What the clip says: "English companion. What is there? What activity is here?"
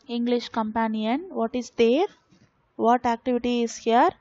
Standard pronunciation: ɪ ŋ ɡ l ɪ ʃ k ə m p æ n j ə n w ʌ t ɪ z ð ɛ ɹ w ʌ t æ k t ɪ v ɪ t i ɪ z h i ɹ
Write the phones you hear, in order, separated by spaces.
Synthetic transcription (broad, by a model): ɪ ŋ ɡ l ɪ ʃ k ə m p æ n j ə n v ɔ t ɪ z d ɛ ɹ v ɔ t æ k t ɪ v ɪ t i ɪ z h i ɹ